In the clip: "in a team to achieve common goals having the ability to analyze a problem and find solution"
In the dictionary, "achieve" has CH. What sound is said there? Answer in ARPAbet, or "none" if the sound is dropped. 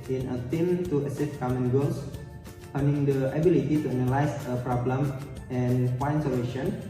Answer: S